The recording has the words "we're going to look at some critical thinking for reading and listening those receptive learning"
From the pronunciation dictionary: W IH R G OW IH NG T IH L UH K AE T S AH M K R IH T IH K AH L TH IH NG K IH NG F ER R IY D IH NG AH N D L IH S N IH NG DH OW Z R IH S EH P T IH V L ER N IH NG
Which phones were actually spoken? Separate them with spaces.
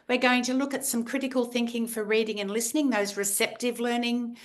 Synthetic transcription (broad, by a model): W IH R G OW IH NG T IH L UH K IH T S AH M K R IH T IH K AH L TH IH NG K IH NG F ER R IY D IH NG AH N L IH S N IH NG DH OW Z R IH S EH P T IH V L ER N IH NG